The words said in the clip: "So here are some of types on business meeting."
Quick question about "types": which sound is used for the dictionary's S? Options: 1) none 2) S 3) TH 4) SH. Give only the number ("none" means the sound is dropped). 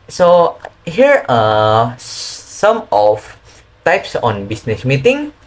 2